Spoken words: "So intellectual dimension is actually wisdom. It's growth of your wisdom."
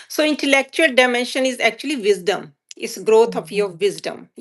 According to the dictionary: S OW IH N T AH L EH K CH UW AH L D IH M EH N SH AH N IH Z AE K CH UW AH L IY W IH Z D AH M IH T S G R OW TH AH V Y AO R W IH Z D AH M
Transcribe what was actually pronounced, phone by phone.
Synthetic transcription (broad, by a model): S OW IH N T AH L EH K CH UW AH L D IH M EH N SH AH N IH Z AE K CH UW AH L IY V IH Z D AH M IH T S G R OW T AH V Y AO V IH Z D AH M